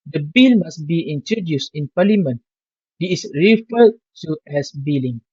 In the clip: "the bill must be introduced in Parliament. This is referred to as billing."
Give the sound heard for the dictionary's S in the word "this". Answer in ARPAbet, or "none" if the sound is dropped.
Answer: none